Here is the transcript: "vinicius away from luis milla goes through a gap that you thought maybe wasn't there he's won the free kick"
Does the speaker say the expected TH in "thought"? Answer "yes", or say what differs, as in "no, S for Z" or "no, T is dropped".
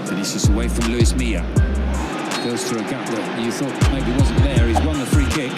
yes